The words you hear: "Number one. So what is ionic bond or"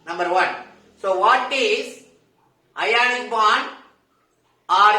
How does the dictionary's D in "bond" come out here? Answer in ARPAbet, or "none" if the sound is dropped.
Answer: none